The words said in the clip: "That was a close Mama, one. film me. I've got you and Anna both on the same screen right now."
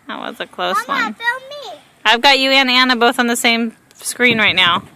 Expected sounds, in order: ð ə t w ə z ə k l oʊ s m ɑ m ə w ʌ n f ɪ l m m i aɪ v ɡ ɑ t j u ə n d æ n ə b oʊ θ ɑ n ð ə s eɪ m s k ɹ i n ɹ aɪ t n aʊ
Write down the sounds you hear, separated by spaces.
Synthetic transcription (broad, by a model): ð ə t w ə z ə k l oʊ s w ʌ n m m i aɪ v ɡ ɑ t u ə n æ n ə b oʊ θ n ð ə s eɪ m s k ɹ i n ɹ aɪ t n aʊ